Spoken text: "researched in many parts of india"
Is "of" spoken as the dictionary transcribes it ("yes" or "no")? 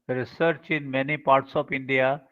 no